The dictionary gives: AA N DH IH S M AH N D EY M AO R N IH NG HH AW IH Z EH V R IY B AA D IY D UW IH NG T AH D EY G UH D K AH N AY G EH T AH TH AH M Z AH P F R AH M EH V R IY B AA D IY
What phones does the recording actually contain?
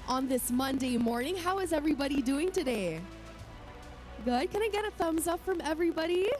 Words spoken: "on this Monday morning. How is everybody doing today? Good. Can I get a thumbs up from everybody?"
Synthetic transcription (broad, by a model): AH N DH IH S M AH N D EY M AO R N IH NG HH AW IH Z EH V R IY B AA D IY D UW IH NG T AH D EY G UH D K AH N AY G EH T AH TH AH M Z AH P F R AH M EH V R IY B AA D IY